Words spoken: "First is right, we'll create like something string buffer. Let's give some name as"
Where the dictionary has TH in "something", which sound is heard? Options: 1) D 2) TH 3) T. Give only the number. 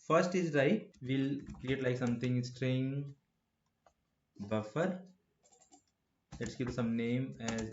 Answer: 3